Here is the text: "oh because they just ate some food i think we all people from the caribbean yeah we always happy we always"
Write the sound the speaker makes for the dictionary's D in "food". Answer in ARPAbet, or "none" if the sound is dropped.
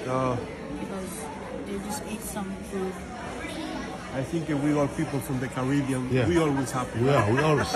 none